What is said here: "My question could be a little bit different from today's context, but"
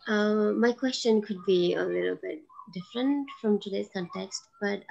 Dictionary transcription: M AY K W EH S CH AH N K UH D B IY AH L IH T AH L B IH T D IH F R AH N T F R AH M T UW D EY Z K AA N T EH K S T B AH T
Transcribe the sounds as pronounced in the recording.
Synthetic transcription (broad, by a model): M AY K W EH S CH AH N K UH D B IY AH L IH T AH L B IH T D IH F R AH N T F R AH M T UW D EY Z K AA N T EH K S T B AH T